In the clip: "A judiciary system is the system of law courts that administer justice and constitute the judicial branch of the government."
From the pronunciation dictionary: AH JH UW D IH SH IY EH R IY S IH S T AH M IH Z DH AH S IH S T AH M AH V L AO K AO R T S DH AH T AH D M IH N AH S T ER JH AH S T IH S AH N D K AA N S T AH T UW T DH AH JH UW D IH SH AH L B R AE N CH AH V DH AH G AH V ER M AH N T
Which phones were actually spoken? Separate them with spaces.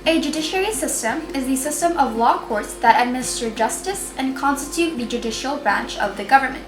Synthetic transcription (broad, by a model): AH JH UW D IH SH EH R IY S IH S T AH M IH Z DH AH S IH S T AH M AH V L AO K AO R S DH AH T AH D M IH N AH S T ER JH AH S T IH S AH N K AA N S T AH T UW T DH AH JH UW D IH SH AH L B R AE N CH AH V DH AH G AH V ER M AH N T